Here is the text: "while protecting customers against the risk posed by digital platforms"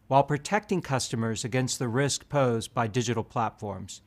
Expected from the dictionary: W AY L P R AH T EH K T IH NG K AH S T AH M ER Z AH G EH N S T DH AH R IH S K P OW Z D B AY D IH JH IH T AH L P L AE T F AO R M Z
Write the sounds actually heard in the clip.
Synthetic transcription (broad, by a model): W AY L P R AH T EH K T IH NG K AH S T AH M ER Z AH G EH N S T DH AH R IH S K P OW Z B AY D IH JH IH T L P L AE T F AO R M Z